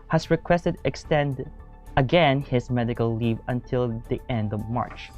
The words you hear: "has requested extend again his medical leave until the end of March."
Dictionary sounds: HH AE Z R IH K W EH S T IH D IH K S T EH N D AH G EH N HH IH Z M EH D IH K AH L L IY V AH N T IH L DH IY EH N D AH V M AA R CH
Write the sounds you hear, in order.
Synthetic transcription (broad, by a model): HH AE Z R IH K W EH S T IH D IH K S T EH N D AH G EH N HH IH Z M EH D IH K AH L L IY V AH N T IH L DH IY EH N D AH V M AA R CH